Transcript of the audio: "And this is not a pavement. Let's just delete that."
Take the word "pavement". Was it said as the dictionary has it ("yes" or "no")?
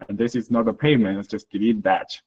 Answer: no